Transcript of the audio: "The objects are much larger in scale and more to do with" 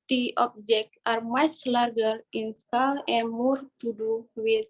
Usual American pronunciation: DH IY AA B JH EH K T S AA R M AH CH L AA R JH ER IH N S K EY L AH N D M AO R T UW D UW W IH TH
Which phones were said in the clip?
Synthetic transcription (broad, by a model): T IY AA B JH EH K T AA R M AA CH L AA R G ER IH N S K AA L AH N M AO R T UW D UW W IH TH